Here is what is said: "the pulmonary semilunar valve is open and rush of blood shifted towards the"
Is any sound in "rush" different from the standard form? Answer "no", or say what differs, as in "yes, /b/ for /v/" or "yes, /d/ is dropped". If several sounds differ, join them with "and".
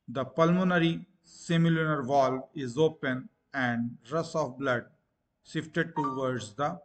yes, /s/ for /ʃ/